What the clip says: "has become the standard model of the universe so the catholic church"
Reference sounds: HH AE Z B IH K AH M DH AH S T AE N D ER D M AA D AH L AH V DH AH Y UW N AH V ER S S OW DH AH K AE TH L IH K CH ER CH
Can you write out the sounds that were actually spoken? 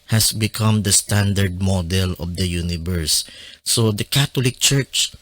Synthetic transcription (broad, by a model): HH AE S B IH K AH M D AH S T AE N D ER D M AA D AH L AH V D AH Y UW N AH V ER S S OW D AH K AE T L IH K CH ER CH